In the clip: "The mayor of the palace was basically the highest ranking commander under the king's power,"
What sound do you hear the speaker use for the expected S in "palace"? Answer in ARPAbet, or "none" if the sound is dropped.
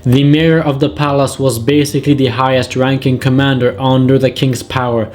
S